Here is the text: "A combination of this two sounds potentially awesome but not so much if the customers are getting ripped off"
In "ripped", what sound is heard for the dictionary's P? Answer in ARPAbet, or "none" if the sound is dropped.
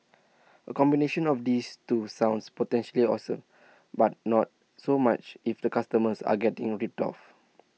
none